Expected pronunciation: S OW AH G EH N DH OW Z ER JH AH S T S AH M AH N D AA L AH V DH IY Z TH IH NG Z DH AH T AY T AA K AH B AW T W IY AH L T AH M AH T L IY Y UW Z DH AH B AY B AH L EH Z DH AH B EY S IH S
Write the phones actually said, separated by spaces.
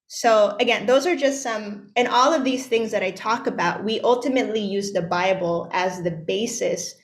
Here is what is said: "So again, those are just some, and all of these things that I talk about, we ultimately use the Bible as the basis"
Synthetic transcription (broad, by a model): S OW AH G EH N DH OW Z ER JH AH S T S AH M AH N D AA L AH V DH IY Z TH IH NG Z DH AH T AY T AA K AH B AW T W IY AH L T AH M AH T L IY Y UW Z DH AH B AY B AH L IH Z DH AH B EY S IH S